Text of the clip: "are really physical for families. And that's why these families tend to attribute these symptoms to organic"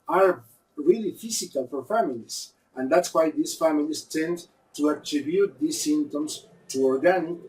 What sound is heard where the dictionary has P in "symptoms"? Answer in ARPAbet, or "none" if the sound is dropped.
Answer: none